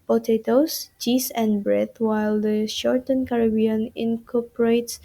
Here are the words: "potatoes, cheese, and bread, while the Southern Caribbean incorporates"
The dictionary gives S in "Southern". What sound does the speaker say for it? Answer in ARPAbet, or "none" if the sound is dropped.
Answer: SH